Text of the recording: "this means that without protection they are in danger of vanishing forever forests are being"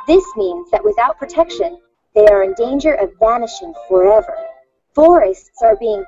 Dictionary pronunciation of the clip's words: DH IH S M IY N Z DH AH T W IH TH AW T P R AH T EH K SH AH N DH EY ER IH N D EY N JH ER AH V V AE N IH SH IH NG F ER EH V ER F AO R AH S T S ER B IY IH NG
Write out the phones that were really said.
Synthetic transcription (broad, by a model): DH IH S M IY N Z DH AH T W IH TH AW T P R AH T EH K SH AH N DH EY ER IH N D EY N JH ER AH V V AE N IH SH IH NG F ER EH V ER F AO R AH S T S ER B IY IH NG